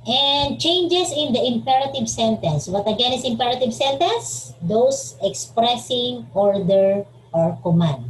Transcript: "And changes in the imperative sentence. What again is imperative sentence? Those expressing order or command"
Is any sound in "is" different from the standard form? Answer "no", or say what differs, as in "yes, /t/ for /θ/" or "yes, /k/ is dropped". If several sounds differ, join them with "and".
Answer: yes, /s/ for /z/